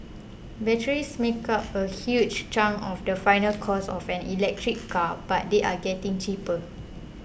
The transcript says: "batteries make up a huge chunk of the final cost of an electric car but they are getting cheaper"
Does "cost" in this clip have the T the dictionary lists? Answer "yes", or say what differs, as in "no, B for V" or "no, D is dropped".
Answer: no, T is dropped